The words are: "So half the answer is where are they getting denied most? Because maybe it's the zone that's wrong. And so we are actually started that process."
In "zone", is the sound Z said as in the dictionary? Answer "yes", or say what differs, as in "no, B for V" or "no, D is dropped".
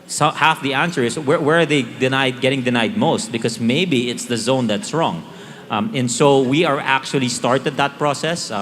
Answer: yes